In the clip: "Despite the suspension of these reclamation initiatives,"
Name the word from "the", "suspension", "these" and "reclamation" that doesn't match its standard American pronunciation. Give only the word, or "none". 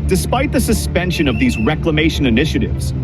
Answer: none